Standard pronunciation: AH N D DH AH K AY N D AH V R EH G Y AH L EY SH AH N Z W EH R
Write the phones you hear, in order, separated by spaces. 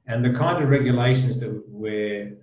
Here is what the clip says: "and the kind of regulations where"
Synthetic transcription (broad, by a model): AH N DH AH K AY N D AH V R EH G Y AH L EY SH AH N Z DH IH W